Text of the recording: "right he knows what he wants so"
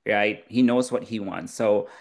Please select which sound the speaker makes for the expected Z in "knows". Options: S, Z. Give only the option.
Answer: Z